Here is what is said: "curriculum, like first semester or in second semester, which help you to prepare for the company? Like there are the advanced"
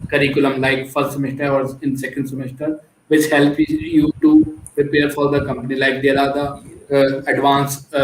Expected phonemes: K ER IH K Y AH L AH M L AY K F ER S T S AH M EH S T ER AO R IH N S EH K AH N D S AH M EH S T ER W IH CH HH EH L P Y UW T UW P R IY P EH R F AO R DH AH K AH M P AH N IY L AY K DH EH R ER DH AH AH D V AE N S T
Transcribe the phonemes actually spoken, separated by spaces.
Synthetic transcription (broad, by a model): K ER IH K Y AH L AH M L AY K F ER S T S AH M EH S T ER AO R IH N S EH K AH N D S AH M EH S T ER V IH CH HH EH L P Y UW T UW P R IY P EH R F AO R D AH K AH M P AH N IY L AY K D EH L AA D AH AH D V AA N S